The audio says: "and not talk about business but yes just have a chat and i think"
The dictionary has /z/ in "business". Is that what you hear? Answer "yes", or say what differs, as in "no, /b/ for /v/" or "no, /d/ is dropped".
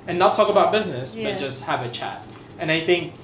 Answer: yes